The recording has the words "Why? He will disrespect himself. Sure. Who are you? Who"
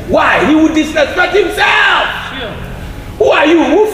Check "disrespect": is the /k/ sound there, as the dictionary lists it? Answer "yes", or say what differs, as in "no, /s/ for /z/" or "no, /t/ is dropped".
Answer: no, /k/ is dropped